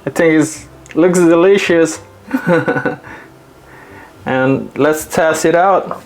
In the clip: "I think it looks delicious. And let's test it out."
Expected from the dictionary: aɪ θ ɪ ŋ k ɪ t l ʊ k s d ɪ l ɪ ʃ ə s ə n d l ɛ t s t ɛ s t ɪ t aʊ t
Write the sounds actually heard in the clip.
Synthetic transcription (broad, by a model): aɪ θ ɪ ŋ k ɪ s l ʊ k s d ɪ l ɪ ʃ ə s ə n l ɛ t s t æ s ɪ t aʊ t